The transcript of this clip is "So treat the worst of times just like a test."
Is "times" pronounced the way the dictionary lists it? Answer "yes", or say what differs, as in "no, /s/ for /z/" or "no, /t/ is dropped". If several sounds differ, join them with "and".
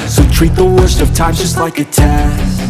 no, /z/ is dropped